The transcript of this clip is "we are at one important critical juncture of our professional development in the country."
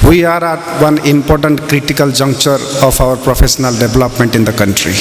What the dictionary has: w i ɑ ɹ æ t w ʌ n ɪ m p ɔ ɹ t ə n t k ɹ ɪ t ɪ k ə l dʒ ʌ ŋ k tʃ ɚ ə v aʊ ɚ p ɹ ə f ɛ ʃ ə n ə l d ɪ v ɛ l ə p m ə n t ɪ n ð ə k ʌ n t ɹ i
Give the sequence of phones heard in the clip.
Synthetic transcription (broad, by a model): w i ɑ ɹ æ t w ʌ n ɪ m p ɔ ɹ t ə n t k ɹ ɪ t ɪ k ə l dʒ ʌ ŋ k tʃ ɚ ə p aʊ ɚ p ɹ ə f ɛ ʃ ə n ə l d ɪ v l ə p m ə n t ɪ n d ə k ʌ n t ɹ i